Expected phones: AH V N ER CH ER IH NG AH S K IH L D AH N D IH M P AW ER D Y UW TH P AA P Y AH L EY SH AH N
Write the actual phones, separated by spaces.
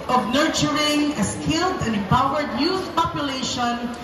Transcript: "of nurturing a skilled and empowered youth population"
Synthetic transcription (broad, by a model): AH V N ER CH ER IH NG AH S K IH L D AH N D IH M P AW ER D Y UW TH P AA P Y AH L EY SH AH N